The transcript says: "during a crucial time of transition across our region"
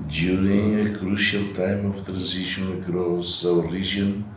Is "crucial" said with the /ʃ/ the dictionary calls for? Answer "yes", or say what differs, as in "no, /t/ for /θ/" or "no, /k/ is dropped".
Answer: yes